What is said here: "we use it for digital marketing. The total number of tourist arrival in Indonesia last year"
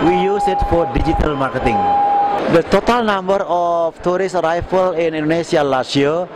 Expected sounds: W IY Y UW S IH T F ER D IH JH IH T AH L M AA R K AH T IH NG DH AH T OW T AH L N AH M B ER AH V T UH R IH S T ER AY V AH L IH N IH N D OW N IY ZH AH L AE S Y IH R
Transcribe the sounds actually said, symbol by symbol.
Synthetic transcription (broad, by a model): W IY Y UW S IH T F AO D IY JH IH T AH L M AA R K AH T IH NG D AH T OW T AH L N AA M B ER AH F T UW R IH S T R AY F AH L IH N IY N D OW N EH S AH L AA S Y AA